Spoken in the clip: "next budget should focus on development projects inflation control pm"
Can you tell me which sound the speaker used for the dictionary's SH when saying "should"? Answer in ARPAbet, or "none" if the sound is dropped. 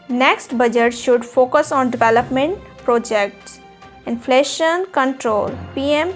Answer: SH